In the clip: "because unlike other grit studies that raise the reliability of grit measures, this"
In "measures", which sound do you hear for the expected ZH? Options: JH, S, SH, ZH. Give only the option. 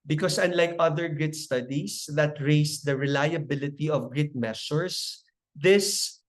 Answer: S